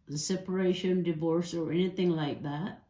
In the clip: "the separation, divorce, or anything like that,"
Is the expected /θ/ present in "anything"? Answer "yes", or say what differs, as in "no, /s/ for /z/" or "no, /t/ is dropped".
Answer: yes